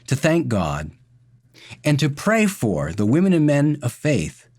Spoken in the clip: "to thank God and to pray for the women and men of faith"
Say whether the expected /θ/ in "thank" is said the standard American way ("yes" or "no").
yes